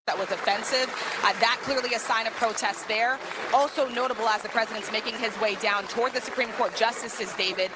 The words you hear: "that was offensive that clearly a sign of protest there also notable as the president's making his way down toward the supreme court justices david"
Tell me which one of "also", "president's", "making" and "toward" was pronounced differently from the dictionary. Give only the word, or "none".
none